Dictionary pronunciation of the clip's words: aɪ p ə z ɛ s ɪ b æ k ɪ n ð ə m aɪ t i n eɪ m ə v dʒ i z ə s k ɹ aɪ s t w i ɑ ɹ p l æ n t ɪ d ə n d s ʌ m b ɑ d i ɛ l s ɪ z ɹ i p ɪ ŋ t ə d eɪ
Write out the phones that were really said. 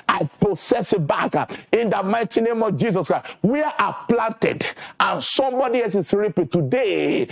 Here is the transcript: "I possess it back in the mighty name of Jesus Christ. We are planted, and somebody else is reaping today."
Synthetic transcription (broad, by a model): aɪ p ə s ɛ s ɪ b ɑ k ɪ n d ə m aɪ t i n eɪ m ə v dʒ i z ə s k ɹ aɪ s w i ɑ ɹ p l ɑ n t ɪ d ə n s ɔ m b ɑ d i ɛ l s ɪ s ɹ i p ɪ t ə d eɪ